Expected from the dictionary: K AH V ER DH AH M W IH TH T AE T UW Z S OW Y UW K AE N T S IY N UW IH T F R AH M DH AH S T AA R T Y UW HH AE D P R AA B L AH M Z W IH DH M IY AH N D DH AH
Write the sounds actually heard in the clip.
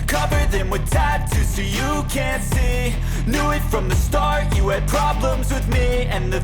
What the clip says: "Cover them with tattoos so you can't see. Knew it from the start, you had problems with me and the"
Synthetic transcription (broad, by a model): K AH V ER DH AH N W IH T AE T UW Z S OW Y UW K AE N T S IY N UW IH T F R AH M DH AH S T AA R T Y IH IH D P R AA B L AH M Z W IH DH M IY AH N DH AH